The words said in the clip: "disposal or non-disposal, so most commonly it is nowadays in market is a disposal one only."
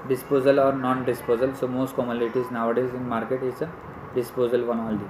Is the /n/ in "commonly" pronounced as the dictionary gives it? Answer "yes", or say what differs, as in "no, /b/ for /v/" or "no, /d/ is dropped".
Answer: no, /n/ is dropped